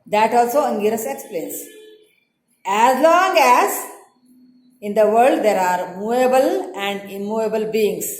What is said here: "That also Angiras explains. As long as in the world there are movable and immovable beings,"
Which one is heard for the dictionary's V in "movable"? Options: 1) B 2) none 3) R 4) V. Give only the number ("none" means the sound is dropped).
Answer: 2